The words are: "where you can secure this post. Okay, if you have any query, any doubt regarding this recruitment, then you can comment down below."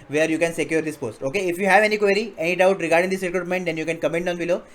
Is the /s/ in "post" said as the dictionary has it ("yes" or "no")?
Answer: yes